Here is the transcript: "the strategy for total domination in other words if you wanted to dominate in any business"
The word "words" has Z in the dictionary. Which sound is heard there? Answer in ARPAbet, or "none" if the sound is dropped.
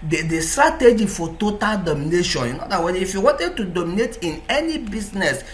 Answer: none